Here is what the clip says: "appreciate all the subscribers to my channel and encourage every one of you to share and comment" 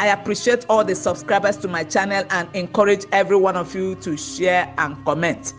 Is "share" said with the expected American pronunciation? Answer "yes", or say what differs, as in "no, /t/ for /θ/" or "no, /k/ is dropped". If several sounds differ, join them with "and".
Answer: yes